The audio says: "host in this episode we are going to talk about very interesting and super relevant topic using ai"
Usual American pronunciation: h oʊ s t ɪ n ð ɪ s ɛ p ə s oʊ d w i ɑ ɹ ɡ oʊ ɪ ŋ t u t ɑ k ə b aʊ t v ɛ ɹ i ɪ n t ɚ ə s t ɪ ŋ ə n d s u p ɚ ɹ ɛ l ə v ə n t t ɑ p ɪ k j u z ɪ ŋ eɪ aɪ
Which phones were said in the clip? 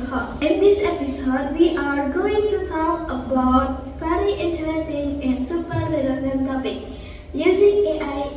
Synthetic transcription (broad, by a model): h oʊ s ɪ n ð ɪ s ɛ p ə s oʊ d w i ɑ ɹ ɡ oʊ ɪ ŋ t u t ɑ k ə b aʊ t f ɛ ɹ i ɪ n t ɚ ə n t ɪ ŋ ə n d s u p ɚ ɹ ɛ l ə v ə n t t ɑ p ɪ k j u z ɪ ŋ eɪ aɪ